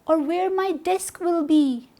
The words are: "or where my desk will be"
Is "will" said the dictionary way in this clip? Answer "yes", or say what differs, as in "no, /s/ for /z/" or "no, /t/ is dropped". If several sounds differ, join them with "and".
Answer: yes